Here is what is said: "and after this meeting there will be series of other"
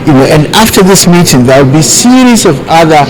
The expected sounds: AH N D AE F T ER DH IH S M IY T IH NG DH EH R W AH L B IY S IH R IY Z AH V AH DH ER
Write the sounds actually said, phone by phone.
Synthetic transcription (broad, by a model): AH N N AE F T ER DH IH S M IY T IH NG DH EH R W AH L B IY S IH R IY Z AH V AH DH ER